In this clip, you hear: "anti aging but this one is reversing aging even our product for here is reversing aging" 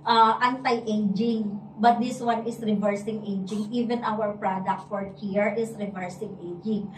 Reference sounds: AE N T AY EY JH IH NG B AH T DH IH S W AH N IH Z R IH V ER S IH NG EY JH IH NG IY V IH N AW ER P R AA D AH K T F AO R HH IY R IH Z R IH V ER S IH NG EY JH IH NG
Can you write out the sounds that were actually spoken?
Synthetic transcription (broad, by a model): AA N T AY EY JH IH NG B AH T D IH S W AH N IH S R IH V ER S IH NG EY JH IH NG IY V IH N AW ER P R AA D AH K T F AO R HH IY R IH S R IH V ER S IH NG EY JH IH NG